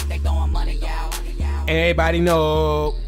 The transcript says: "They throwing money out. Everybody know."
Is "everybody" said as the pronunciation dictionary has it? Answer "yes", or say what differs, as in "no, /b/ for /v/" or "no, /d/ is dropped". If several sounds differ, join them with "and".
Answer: no, /ɹ/ is dropped